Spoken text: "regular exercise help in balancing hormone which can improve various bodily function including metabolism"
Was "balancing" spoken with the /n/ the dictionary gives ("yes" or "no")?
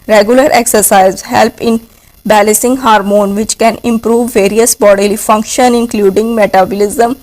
no